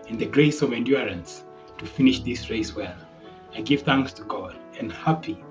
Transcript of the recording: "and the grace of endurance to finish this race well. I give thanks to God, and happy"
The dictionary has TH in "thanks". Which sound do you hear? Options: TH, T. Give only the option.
TH